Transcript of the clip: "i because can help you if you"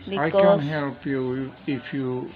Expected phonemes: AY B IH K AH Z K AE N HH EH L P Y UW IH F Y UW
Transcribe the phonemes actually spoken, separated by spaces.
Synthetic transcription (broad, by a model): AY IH AH K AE N HH EH L P Y UW IH F Y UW